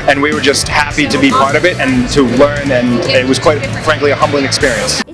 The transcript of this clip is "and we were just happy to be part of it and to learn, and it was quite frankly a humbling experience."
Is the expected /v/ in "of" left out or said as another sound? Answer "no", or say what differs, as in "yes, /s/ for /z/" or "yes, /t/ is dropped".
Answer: no